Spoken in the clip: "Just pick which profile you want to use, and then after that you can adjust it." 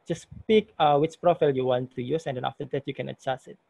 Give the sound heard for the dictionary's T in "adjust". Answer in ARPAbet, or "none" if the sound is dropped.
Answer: none